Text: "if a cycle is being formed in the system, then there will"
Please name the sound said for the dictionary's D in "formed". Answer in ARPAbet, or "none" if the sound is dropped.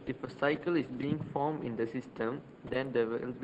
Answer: none